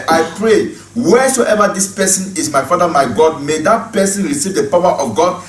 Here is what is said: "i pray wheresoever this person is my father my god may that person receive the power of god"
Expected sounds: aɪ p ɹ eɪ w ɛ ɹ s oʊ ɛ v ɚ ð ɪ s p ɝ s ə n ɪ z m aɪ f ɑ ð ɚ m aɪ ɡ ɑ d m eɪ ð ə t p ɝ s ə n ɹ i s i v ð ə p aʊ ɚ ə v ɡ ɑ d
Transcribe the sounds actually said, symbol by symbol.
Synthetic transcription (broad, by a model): aɪ p ɹ eɪ w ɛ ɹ s oʊ ɛ v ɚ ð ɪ s p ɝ s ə n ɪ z m aɪ f ɑ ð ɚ m aɪ ɡ ɑ d m eɪ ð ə t p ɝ s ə n ɹ i s i v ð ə p aʊ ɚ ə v ɡ ɑ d